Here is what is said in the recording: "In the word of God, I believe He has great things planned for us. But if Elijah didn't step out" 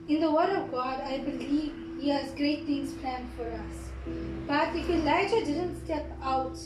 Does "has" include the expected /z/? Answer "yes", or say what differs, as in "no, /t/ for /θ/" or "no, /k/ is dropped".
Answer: yes